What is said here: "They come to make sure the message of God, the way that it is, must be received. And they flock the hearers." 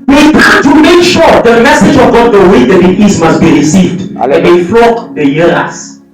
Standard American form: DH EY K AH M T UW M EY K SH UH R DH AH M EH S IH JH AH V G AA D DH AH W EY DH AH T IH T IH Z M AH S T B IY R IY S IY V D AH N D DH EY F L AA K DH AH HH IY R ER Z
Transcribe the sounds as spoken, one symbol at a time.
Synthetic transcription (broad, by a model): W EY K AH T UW M EY K SH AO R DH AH M EH S IH JH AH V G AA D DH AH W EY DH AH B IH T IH S M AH S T B IY R IY S IY V D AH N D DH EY F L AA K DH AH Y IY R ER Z